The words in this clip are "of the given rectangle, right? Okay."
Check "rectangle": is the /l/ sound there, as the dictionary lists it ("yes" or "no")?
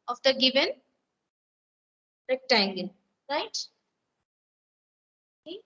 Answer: no